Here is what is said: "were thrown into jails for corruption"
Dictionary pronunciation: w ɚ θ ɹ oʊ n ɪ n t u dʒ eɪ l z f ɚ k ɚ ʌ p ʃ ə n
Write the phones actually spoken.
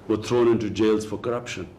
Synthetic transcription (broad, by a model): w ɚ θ ɹ oʊ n ɪ n t u dʒ eɪ l z f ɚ k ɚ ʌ p ʃ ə n